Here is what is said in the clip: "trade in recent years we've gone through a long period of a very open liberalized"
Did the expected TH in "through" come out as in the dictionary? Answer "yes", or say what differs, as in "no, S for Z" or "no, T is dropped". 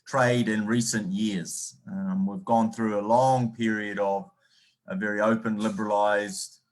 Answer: yes